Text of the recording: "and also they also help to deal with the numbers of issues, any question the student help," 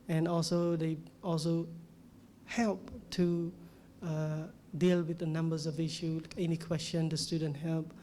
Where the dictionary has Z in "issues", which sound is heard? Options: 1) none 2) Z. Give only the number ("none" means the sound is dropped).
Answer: 1